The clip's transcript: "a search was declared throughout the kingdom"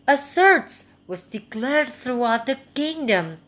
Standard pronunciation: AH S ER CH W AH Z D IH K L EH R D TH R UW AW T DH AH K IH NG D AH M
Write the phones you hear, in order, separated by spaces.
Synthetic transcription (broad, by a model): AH S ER S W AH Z D IH K L EH R D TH R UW AW T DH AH K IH NG D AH M